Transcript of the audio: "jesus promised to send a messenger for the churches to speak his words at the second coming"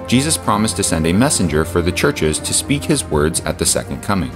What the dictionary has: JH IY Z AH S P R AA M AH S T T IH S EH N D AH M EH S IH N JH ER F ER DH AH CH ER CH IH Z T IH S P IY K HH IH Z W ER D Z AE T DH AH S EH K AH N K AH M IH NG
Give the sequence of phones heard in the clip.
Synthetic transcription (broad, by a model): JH IY Z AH S P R AA M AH S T T IH S EH N D AH M EH S IH N JH ER F ER DH AH CH ER CH IH Z T IH S P IY K HH IH Z W ER D Z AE T DH AH S EH K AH N K AH M IH NG